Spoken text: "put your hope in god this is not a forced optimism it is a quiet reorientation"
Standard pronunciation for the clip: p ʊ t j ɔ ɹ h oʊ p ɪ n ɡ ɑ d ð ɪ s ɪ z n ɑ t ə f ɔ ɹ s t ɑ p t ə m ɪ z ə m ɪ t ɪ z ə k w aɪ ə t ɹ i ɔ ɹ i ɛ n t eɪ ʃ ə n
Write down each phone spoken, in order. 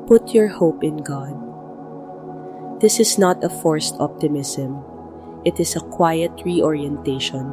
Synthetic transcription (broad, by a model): p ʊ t j ɔ ɹ h oʊ p ɪ n ɡ ɑ d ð ɪ s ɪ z n ɑ t ə f ɔ ɹ s t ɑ p t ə m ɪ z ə m ɪ t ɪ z ə k w aɪ ə t ɹ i ɔ ɹ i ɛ n t eɪ ʃ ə n